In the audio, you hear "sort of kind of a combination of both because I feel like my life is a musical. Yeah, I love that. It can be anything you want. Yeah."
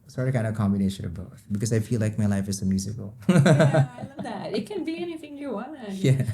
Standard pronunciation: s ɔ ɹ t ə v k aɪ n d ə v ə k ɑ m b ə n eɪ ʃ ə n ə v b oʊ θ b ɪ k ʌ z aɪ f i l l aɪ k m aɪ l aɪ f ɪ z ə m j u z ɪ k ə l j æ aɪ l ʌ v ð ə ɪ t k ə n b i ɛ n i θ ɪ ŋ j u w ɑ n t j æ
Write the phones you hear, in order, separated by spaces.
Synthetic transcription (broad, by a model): s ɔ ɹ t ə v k aɪ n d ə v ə k ɑ m b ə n eɪ ʃ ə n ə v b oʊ t b ɪ k ʌ z aɪ f i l l aɪ k m aɪ l aɪ f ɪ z ə m j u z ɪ k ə l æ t ɪ t k ə n b i ɛ n i θ ɪ ŋ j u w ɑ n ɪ j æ